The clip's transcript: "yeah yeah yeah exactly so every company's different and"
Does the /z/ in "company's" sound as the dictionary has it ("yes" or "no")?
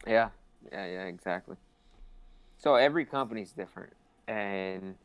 yes